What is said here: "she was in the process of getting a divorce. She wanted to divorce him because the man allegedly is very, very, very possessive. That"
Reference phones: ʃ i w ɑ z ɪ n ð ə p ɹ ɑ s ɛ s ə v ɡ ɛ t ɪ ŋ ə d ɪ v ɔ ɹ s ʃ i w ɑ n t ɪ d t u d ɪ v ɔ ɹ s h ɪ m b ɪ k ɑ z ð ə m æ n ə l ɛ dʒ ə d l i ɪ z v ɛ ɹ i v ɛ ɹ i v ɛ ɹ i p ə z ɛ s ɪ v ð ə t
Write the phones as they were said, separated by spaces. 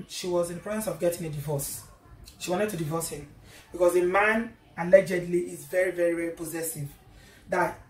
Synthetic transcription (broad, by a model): ʃ i w ɑ z ɪ n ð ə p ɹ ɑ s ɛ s ə v ɡ ɛ t ɪ ŋ ə d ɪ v ɔ s ʃ i w ɑ n t ɪ d t u d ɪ v ɔ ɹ s h ɪ m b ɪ k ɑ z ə m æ n ə l ɛ dʒ ə d l i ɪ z v ɛ ɹ i v ɛ ɹ i v ɛ ɹ i p ə z ɛ s ɪ v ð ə t